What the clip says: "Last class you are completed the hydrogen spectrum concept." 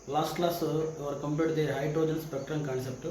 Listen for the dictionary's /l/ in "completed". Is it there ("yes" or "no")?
no